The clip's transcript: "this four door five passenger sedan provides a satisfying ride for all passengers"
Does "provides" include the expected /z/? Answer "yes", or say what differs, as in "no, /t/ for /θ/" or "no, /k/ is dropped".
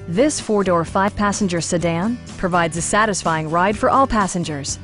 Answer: yes